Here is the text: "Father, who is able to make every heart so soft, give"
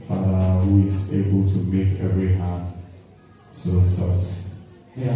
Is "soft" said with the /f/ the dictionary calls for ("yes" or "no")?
no